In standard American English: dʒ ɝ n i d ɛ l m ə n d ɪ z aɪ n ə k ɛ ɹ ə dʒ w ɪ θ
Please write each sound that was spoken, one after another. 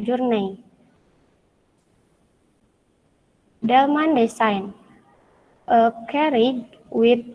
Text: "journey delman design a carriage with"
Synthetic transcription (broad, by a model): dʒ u n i d ɛ l m ə n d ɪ s aɪ n ə k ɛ ɹ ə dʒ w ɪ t